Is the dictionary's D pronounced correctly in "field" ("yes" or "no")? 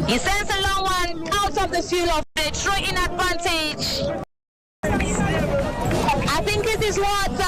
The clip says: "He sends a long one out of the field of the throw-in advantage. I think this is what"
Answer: no